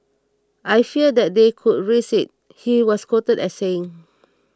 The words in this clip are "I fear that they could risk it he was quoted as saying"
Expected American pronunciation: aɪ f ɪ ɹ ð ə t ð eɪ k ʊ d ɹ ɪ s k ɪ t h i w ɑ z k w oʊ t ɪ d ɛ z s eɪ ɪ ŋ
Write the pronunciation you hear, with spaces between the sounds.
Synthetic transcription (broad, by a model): aɪ f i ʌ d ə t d eɪ k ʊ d ɹ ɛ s ɪ t h i w ɑ s k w oʊ t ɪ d ɛ s eɪ ɪ ŋ